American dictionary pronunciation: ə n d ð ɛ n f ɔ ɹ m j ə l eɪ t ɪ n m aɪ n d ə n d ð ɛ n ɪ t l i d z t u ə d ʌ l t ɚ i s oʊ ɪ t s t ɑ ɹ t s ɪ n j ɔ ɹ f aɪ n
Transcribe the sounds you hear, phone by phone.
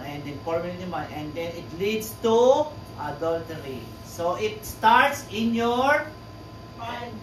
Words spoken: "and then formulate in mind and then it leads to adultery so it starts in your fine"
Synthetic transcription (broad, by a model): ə n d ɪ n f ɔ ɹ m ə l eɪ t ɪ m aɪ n ə n d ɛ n ɪ t l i d s t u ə d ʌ l t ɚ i s oʊ ɪ t s t ɑ ɹ t s ɪ n j ɔ ɹ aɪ